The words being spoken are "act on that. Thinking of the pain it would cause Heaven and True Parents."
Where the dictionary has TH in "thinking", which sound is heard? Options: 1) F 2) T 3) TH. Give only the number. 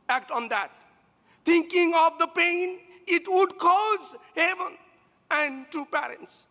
2